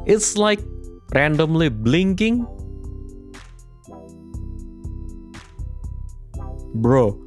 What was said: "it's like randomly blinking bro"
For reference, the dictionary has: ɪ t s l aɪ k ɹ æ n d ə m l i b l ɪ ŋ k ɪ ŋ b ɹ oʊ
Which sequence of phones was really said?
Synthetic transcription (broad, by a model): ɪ t s l aɪ k ɹ æ n d ə m l i b l ɪ ŋ k ɪ ŋ b ɹ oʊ